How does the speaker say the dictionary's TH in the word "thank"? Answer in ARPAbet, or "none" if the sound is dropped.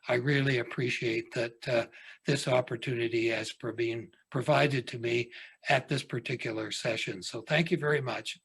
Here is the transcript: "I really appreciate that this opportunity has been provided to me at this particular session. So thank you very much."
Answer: TH